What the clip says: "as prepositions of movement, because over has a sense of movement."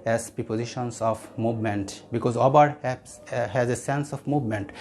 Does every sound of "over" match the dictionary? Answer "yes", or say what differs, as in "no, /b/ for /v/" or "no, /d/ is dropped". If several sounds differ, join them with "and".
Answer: no, /b/ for /v/